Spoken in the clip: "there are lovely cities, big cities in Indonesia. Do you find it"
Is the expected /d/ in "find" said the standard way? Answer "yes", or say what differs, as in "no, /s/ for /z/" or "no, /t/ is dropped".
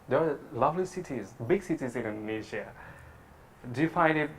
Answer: no, /d/ is dropped